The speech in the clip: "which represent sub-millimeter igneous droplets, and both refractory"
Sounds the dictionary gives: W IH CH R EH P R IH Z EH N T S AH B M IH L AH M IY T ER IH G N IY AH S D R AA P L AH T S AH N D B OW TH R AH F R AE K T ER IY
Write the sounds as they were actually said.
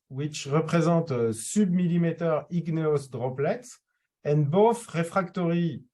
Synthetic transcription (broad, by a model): W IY CH R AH P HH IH Z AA T S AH B M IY L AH M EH T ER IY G N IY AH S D R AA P L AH T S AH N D B OW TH R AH F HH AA K T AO IY